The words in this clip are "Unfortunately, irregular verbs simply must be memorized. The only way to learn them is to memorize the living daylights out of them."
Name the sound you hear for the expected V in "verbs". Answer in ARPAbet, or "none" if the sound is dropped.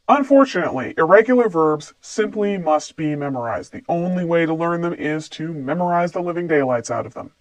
V